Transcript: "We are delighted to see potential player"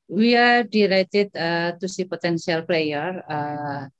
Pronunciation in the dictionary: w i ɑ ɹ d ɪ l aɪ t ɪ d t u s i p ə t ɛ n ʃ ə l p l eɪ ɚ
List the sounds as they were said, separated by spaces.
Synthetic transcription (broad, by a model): w i ɑ ɹ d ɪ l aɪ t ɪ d t u s i p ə t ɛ n s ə l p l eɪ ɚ